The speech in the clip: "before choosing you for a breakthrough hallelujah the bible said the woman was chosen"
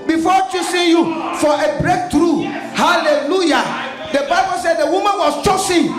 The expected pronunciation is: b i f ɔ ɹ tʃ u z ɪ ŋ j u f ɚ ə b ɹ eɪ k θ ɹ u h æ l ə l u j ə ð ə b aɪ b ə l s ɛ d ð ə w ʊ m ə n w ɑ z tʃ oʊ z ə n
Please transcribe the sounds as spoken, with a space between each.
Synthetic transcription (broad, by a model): b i f ɔ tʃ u s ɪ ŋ j u f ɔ ə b ɹ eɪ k t ɹ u h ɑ l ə l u j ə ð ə b aɪ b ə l s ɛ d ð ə w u m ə n w ɑ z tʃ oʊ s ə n